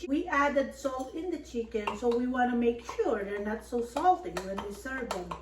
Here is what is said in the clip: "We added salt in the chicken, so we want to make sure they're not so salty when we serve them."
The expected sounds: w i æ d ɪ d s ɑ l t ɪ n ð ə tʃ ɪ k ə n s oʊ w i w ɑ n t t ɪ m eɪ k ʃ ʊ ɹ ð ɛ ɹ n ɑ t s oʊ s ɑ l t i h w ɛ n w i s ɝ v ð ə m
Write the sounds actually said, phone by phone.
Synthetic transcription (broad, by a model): w i æ d ɪ d s ɑ l t ɪ n ð ə tʃ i k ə n s oʊ w i w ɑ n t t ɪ m eɪ k ʃ ʊ ɹ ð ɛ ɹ n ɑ t s oʊ s ɑ l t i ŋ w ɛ n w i s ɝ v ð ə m